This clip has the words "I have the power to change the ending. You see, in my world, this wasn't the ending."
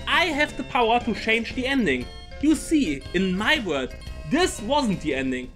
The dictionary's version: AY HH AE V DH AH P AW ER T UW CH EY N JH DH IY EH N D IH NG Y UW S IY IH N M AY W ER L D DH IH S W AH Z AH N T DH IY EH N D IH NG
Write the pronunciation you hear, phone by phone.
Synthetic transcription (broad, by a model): AY HH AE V DH AH P AW ER T UW CH EY N JH DH IY EH N D IH NG Y UW S IY IH N M AY W ER D DH IH S W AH Z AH N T DH IY EH N D IH NG